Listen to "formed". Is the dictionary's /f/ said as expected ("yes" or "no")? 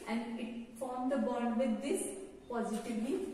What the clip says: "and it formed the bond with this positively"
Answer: yes